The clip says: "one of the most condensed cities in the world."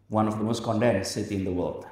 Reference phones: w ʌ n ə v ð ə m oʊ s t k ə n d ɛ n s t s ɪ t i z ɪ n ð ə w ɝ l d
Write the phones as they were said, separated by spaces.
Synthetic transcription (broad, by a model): w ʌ n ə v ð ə m oʊ s t k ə n d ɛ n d s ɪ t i ɪ n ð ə w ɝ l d